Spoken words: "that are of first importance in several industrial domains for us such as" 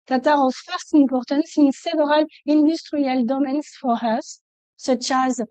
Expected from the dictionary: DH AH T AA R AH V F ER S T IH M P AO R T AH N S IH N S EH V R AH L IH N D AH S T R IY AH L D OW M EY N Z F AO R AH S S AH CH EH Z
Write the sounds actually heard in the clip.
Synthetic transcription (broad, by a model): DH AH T AA R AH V F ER S T IH M P AO R T AH N S IH N S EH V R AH L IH N D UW S T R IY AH L D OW M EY N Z F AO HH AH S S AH CH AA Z